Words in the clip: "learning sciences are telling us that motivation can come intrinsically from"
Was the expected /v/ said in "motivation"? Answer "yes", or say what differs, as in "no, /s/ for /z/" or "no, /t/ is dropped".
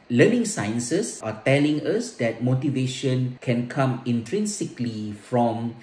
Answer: yes